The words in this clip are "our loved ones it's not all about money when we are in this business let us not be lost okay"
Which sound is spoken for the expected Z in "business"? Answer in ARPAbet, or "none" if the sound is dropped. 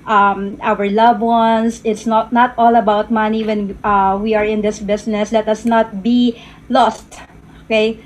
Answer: S